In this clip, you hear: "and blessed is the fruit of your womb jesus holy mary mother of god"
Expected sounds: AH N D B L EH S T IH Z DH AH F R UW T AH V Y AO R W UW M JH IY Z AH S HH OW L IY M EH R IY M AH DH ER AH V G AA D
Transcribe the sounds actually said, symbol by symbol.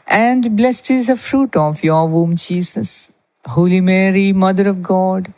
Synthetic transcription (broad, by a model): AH N D B L EH S T IH Z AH F R UW T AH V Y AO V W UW M CH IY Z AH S HH OW L IY M EH R IY M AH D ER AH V G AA D